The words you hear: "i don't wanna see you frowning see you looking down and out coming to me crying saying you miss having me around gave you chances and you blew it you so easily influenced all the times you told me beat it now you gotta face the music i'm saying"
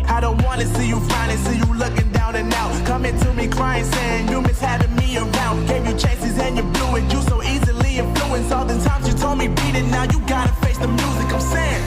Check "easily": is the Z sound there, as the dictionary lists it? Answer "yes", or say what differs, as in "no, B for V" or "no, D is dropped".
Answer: yes